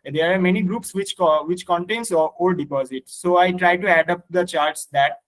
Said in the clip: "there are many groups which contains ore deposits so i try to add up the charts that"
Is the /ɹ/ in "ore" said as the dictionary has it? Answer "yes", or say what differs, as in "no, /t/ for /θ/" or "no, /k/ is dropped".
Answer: no, /l/ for /ɹ/